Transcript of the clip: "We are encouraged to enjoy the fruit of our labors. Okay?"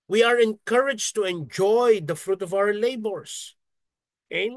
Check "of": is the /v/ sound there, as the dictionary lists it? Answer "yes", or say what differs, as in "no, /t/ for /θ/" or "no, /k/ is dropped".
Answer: yes